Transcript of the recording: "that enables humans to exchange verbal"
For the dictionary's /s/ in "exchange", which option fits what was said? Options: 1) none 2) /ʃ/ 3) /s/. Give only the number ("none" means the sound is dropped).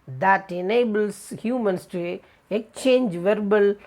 1